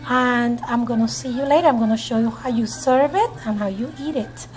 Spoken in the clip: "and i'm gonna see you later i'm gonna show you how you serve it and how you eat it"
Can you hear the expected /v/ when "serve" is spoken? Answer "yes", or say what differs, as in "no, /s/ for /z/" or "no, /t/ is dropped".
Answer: yes